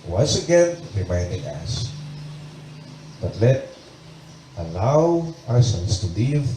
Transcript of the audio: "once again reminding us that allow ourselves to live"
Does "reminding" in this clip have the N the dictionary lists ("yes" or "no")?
yes